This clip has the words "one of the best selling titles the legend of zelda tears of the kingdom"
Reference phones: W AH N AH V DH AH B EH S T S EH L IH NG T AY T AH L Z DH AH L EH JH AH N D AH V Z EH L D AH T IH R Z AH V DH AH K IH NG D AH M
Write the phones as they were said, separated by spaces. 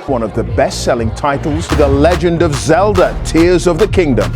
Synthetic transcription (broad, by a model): W AH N AH V DH AH B EH S T S EH L IH NG T AY T L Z DH AH L EH JH AH N D AH V Z EH L D AH T IH R Z AH V DH AH K IH NG D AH M